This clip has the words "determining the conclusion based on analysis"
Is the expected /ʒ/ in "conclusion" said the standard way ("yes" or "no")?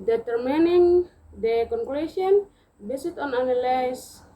no